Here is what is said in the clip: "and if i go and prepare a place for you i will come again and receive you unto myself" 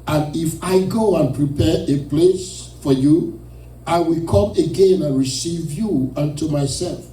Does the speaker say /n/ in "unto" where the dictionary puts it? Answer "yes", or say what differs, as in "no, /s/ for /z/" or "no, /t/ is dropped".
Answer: yes